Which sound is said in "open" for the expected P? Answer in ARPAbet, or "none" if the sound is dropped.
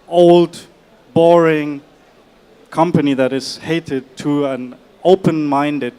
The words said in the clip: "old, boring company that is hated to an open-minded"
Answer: P